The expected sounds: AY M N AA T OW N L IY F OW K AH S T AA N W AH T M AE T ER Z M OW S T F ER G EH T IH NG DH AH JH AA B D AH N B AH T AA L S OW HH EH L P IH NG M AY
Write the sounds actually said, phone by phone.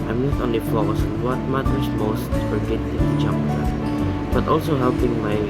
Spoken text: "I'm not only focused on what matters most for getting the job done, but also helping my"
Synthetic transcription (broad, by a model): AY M N AA T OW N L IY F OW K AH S AA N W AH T M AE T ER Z M OW S T F ER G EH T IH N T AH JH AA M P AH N B AH T AA L S OW HH EH L P IH NG M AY